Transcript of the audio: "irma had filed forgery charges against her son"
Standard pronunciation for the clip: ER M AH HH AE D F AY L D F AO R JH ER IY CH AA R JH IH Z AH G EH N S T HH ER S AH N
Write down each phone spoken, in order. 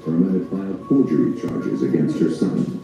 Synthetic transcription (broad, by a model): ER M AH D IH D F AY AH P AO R JH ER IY CH AA R JH IH Z AH G EH N S T HH ER S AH N